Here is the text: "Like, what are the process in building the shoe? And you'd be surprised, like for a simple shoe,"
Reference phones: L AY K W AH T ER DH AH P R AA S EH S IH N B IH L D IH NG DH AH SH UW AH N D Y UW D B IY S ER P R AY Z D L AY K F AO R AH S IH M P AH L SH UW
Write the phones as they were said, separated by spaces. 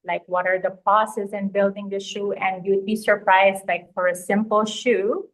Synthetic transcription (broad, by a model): L AY K W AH T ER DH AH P AA S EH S IH N B IH L D IH NG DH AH SH UW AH N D Y UW D B IY S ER P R AY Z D L AY K F AO R AH S IH M P AH L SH UW